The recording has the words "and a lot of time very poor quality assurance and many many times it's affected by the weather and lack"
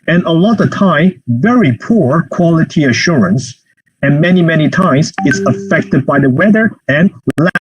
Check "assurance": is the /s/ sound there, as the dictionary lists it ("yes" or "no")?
yes